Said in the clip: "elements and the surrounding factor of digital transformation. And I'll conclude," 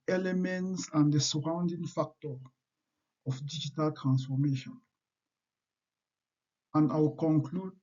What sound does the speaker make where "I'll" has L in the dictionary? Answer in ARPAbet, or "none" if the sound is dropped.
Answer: W